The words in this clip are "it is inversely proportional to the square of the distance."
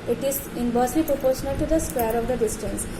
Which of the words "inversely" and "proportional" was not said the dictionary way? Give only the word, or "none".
inversely